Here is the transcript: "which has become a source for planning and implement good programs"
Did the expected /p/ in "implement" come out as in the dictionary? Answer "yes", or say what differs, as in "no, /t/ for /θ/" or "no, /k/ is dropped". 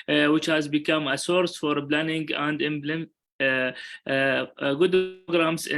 no, /b/ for /p/